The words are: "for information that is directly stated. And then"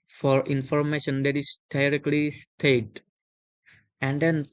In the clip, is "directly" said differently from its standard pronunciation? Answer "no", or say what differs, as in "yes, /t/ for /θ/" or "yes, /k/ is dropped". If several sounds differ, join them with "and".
no